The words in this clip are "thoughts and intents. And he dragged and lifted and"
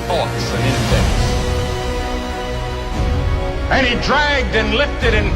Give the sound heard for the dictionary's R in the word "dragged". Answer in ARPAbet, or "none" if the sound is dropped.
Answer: R